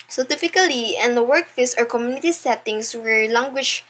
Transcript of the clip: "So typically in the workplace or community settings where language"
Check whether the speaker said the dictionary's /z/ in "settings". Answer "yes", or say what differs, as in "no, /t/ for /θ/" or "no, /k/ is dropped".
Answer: no, /s/ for /z/